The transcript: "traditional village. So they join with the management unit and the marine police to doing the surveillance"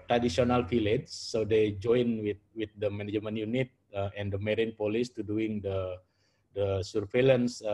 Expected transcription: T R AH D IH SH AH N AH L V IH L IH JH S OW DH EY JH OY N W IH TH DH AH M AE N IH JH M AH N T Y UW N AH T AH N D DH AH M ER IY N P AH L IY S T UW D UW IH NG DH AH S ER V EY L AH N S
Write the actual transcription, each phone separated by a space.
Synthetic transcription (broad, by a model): T R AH D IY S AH N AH L F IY L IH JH S OW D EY JH OY N W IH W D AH M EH N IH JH M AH N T Y UW N AH T AH N D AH M ER IY N P AH L IY S T UW D UW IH NG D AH S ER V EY L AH N S